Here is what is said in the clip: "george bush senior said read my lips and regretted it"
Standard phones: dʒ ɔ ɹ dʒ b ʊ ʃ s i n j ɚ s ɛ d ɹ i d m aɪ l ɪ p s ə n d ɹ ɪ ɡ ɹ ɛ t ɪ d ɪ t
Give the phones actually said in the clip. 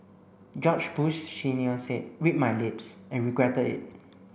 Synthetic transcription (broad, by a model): dʒ ɔ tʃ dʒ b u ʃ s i n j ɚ s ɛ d w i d m aɪ l ɪ p s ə n ɹ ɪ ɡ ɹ ɛ t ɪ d ɪ t